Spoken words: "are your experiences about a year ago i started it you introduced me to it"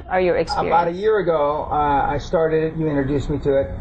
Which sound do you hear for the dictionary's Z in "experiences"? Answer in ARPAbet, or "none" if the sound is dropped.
none